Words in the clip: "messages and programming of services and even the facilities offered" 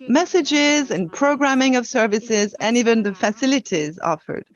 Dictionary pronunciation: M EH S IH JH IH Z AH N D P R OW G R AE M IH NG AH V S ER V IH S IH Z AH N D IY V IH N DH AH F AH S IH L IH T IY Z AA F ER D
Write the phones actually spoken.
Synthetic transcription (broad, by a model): M EH S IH JH IH Z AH N P R OW G R AE M IH NG AH V S ER V IH S IH Z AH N IY V IH N DH AH F AH S IH L IH T IY Z AA F ER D